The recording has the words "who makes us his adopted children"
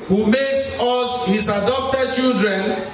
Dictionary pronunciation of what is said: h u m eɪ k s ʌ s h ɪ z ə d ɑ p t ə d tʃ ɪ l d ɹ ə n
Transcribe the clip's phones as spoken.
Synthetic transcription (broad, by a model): h u m eɪ k s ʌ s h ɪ s ə d ɑ p t ə d tʃ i l d ɹ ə n